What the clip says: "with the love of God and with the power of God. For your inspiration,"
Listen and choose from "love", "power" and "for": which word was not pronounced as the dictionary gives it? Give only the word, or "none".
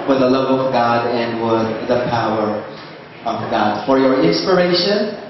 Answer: none